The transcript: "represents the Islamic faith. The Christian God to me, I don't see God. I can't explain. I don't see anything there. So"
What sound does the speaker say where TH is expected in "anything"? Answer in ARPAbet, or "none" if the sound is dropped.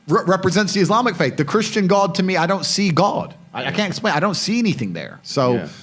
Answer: TH